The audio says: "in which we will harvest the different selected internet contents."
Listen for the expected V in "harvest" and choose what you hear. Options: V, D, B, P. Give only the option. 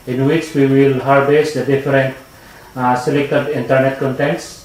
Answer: B